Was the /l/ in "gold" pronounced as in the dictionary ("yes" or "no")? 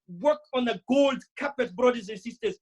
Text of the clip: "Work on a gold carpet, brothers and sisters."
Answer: yes